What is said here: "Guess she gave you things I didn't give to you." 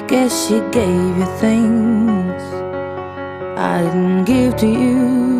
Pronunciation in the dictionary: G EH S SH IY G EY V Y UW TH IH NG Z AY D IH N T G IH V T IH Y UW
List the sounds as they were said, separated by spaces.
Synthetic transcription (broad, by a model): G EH SH IY G EY V Y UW TH IH NG Z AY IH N G IH V T IH Y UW